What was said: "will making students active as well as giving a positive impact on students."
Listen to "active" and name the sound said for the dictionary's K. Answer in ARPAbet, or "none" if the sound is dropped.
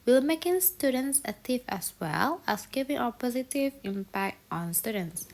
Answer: none